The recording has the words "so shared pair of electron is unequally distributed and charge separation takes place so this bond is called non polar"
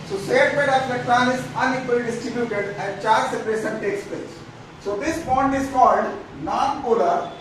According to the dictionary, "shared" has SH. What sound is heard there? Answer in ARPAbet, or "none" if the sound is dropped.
S